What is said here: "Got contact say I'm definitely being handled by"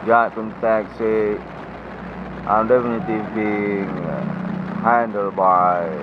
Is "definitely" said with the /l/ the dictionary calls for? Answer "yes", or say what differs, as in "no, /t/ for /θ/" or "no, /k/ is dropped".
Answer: no, /l/ is dropped